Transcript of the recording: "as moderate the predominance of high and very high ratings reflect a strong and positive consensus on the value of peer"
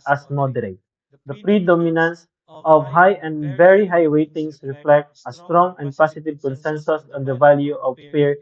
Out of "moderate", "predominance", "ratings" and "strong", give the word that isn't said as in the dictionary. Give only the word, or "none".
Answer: ratings